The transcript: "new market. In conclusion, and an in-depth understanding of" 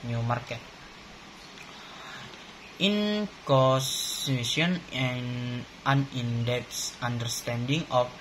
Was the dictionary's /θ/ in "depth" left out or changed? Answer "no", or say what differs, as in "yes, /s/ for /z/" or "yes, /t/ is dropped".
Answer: yes, /s/ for /θ/